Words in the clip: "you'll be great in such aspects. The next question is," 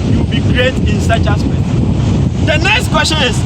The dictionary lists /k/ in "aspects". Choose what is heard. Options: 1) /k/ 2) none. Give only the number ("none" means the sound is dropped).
2